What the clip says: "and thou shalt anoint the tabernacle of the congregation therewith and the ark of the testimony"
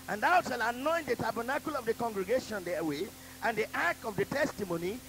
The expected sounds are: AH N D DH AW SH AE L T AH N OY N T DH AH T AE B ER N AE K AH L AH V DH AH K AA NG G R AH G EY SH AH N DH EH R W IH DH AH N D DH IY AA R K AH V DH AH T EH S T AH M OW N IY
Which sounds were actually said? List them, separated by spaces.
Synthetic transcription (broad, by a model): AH N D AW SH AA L AH N OY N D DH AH T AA B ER N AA K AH L AH V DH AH K AA NG G R AH G EY SH AH N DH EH W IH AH N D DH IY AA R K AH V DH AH T EH S T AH M OW N IY